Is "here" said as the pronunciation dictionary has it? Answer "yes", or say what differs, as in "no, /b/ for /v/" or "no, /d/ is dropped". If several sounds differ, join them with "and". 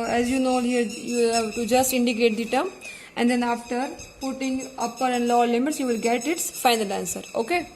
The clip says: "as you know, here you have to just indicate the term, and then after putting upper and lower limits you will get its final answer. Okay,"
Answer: yes